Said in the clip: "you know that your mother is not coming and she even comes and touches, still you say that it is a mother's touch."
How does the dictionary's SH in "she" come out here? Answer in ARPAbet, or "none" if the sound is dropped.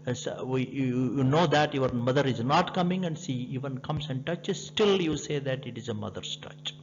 S